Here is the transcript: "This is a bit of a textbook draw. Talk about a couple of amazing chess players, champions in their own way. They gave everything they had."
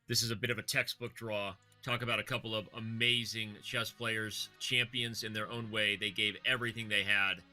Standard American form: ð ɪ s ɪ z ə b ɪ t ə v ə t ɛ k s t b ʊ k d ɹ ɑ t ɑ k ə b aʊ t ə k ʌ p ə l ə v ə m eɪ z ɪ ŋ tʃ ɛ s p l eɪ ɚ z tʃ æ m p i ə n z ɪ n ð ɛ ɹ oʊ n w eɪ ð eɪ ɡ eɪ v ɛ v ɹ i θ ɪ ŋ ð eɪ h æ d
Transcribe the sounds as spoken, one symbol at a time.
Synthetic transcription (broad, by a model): ð ɪ s ɪ z ə b ɪ t ə v ə t ɛ k s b ʊ k d ɹ ɑ t ɑ k ə b aʊ t ə k ʌ p l ə v ə m eɪ z ɪ ŋ tʃ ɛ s p l eɪ ɚ z tʃ æ m p i ə n z ɪ n ð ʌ ɹ oʊ n w eɪ ð eɪ ɡ eɪ v ɛ v ɹ i θ ɪ ŋ ð eɪ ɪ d